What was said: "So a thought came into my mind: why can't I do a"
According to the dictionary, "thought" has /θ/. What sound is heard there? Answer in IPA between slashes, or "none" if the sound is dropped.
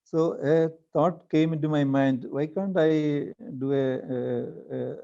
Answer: /t/